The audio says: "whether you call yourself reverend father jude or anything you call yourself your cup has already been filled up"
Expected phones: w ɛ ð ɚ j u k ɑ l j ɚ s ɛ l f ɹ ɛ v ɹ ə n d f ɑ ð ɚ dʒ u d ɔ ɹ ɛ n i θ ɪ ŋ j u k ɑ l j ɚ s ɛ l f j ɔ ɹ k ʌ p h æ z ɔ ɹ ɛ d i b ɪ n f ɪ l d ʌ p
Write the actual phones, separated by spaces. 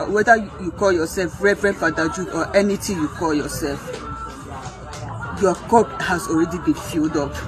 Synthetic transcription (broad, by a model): w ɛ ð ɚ j u k ɑ l j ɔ s ɛ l f ɹ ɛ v ɹ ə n f ɑ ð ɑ dʒ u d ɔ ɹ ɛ n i t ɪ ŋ j u k ɑ l j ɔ s ɛ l f j ɔ k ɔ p h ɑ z ɔ ɹ ɛ d i b ɪ n f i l d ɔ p